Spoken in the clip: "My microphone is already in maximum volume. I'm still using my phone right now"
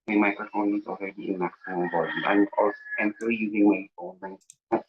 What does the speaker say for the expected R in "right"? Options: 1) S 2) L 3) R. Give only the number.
2